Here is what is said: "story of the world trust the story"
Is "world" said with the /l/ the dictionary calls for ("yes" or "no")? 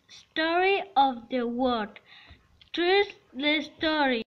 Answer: no